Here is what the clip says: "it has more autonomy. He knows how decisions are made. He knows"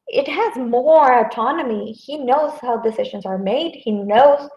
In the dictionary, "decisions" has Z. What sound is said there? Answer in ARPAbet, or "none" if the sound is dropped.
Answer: Z